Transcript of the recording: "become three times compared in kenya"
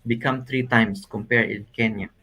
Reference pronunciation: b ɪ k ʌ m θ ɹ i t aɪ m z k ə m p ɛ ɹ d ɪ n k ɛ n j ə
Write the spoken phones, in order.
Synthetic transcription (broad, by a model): b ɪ k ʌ m t ɹ i t aɪ m s k ə m p ɛ ɹ d ɪ n k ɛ n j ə